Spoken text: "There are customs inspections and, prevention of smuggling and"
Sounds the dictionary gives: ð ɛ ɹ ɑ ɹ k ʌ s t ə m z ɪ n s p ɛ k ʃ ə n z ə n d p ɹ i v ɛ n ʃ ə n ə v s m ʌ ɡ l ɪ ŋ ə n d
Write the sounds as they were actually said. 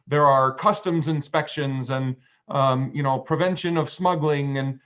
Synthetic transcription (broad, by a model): ð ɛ ɹ ɑ ɹ k ʌ s t ə m z ɪ n s p ɛ k ʃ ə n z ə n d p ɹ i v ɛ n ʃ ə n ə v s m ʌ ɡ l ɪ ŋ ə n